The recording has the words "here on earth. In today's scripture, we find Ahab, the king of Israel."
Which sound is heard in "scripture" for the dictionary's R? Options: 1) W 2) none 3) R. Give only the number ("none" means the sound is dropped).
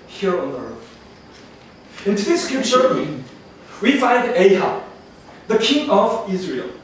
2